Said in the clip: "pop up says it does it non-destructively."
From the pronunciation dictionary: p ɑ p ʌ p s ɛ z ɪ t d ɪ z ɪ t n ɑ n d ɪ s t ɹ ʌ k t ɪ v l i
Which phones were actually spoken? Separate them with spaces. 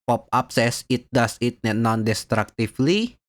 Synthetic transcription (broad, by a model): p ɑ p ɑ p s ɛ s ɪ t d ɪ s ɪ t n ɑ n d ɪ s t ɹ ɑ k t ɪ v l i